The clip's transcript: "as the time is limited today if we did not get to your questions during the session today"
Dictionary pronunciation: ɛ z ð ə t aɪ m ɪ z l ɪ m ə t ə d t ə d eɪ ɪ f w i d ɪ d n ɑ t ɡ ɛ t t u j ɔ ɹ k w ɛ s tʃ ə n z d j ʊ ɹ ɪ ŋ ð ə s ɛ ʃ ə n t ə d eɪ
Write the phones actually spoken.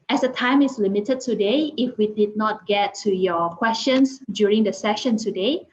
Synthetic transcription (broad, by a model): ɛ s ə t aɪ m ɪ s l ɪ m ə t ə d t ə d eɪ ɪ f w i d ɪ d n ɑ t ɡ ɛ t t u j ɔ k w ɛ s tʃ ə n s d j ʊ ɹ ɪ ŋ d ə s ɛ ʃ ə n t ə d eɪ